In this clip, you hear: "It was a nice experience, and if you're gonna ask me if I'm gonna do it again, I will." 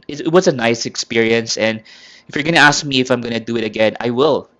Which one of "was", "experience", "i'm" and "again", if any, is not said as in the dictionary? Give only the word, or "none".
was